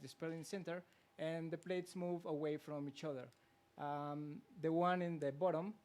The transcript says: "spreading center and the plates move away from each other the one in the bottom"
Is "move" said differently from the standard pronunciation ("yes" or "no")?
no